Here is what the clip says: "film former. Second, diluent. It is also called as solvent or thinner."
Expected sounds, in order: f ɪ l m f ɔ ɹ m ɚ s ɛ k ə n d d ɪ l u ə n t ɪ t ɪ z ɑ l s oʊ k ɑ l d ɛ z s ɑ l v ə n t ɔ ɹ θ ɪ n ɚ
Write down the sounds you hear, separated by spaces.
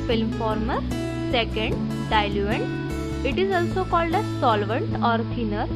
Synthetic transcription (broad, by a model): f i l m f ɔ ɹ m ɚ s ɛ k ə n d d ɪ l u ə n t ɪ t ɪ z ɑ l s oʊ k ɑ l d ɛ s ɑ l v ə n t ɔ ɹ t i n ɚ